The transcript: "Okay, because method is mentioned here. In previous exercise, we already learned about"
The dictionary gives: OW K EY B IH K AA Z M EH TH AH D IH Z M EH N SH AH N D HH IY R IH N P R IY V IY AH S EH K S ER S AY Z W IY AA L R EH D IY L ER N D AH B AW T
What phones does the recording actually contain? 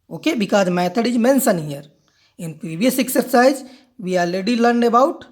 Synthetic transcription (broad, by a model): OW K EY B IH K AA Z M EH T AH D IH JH M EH N S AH N HH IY R IH N P R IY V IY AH S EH K S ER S AY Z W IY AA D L EH D IY L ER N D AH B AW T